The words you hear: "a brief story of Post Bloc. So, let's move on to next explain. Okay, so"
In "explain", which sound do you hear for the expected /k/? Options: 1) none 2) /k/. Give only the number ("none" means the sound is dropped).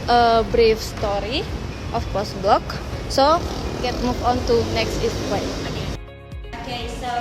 1